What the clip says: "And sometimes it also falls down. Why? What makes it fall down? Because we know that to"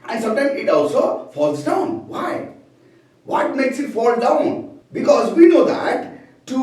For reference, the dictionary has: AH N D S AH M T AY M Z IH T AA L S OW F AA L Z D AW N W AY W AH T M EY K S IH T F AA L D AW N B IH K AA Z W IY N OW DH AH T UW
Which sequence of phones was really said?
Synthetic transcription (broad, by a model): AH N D S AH M T AY M IH T AA L S OW F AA L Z D AW N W AY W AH T M EY K S IH T F AA L D AW N B IH K AA Z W IY N OW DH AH T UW